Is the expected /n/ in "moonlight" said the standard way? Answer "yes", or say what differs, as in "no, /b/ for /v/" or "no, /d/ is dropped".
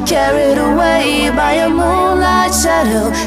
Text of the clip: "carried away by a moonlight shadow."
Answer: no, /n/ is dropped